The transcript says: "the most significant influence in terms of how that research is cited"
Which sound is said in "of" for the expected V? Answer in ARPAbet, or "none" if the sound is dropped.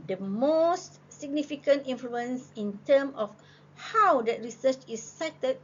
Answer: F